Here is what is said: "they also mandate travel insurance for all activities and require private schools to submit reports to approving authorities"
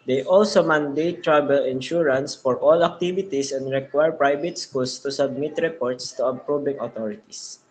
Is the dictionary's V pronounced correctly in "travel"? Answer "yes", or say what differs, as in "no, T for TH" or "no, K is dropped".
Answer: no, B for V